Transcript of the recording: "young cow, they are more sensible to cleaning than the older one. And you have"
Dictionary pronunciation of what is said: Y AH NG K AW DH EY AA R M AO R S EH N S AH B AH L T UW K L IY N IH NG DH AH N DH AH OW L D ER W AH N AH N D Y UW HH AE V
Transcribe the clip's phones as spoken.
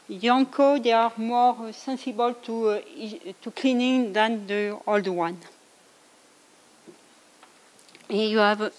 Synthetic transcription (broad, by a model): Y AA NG K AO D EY AA R M AO R S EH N S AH B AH L T UW K L IY N IH NG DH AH N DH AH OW L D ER W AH N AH Y UW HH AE V